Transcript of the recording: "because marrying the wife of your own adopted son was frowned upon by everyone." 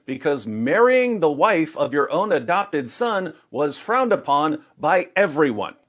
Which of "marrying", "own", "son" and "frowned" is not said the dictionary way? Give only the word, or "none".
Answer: none